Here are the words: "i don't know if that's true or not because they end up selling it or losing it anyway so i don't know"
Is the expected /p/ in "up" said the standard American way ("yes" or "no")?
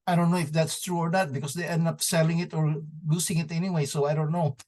yes